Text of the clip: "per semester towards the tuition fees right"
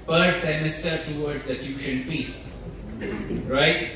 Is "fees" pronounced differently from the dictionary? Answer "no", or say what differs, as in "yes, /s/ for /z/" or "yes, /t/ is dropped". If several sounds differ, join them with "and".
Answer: yes, /p/ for /f/ and /s/ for /z/